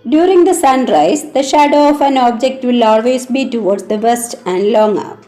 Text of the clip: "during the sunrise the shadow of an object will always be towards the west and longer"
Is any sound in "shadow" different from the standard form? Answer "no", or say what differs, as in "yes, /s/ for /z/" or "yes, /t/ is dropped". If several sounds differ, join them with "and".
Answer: no